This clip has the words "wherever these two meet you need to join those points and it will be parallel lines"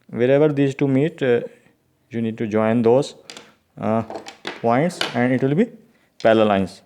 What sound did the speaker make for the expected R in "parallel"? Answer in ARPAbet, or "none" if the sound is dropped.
L